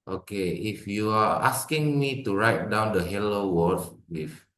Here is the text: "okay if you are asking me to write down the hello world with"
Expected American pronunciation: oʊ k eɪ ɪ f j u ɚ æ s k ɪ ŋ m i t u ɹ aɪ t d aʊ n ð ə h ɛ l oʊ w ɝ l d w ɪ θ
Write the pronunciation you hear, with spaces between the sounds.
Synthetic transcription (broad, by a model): oʊ k eɪ ɪ f j u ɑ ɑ s k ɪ ŋ m i t u ɹ aɪ t d aʊ n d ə h ɛ l oʊ w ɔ d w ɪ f